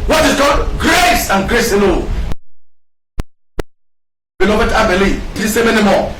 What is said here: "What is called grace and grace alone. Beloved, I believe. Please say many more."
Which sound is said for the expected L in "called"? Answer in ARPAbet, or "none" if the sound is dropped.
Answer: none